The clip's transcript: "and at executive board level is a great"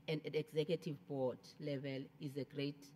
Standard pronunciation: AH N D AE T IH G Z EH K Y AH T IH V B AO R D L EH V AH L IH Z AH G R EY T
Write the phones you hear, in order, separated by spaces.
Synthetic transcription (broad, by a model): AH N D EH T IH G Z EH K Y AH T IH V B AO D L EH V AH L IH Z AH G R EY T